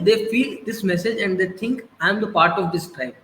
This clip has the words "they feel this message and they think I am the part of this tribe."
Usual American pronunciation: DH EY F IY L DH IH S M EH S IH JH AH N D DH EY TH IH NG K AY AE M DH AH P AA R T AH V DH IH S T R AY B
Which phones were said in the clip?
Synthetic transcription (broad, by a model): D EY F IY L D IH S M EH S IH JH AH N D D EY T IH NG K AY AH M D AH P AA R T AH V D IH S T R AY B